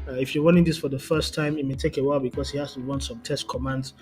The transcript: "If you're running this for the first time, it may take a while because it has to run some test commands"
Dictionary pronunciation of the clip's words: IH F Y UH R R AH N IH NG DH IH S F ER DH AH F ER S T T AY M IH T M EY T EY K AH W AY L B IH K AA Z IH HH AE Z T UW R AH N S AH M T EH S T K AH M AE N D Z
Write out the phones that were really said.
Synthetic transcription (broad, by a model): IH F Y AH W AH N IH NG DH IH S F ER DH AH F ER S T T AY M IH T M EY T EY K AH W AY L B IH K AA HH IH HH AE S T UW W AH N S AH M T EH S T K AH M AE N D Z